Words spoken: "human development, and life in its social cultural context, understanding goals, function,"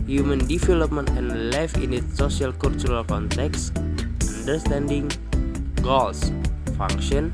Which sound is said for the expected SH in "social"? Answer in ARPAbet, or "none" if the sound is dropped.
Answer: none